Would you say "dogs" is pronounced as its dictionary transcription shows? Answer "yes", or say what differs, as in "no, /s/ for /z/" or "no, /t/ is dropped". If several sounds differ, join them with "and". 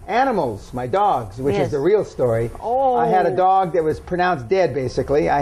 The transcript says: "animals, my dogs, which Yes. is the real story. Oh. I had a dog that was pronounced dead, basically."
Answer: yes